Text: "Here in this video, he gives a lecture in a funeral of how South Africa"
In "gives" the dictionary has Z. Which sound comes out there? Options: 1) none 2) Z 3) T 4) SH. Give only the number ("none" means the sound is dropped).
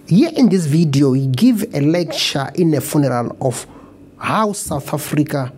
1